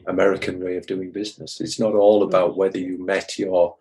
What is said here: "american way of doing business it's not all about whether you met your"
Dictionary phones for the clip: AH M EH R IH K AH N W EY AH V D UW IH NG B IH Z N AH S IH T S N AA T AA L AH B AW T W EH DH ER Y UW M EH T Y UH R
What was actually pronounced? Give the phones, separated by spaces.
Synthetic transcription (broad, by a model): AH M EH R IH K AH N W EY AH V D UW IH NG B IH Z N AH S IH T S N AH T AA L AH B AW T W EH DH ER Y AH M EH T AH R